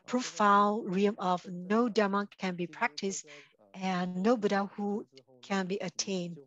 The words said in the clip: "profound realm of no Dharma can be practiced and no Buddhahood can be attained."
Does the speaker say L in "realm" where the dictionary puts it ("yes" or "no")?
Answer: no